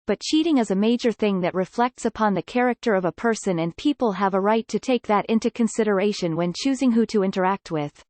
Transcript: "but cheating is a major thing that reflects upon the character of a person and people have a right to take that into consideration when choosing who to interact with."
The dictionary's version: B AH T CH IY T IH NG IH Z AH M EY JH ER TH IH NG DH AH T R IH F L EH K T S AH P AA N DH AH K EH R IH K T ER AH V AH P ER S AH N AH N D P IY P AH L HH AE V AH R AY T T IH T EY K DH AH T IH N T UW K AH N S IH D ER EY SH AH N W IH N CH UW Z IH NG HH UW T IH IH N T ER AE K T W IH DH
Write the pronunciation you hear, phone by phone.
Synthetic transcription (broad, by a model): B AH T CH IY T IH NG IH Z AH M EY JH ER TH IH NG DH AH T R IH F L EH K T S AH P AA N DH AH K EH R IH K T ER AH V AH P ER S AH N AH N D P IY P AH L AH V AH R AY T T IH T EY K DH AH T IH N T UW K AH N S IH D ER EY SH AH N W IH N CH UW Z IH NG HH UW T IH IH N T ER AE K T W IH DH